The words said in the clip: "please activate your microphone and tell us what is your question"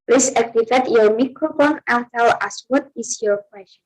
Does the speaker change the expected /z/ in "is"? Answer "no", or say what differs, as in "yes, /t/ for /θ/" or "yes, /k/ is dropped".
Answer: yes, /s/ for /z/